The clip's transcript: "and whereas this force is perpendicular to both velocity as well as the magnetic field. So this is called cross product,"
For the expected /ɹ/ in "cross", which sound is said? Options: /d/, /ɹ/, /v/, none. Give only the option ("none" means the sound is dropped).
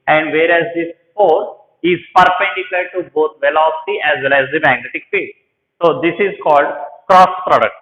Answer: /ɹ/